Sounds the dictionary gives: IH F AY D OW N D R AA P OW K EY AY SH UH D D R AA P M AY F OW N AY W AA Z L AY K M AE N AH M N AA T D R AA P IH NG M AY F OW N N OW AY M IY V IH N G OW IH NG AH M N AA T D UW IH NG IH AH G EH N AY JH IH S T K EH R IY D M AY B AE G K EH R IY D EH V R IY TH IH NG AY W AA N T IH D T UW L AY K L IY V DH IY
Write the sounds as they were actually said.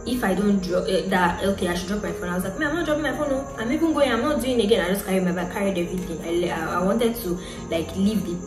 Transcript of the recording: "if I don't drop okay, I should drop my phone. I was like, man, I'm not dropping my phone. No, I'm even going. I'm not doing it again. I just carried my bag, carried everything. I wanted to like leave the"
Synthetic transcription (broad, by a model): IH F AY D OW N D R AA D OW K EY AY SH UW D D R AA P M AY F OW N AY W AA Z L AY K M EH AH M N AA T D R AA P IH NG M AY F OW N N OW AY M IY B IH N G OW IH AH M N AA T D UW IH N IH G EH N AY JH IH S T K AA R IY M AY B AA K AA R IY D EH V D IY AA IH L AY W AA N T IH D T UW L AY K L IY V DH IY